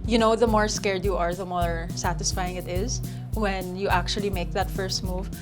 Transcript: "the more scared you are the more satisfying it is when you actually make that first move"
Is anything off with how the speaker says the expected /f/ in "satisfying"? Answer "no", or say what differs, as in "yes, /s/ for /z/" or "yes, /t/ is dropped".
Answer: no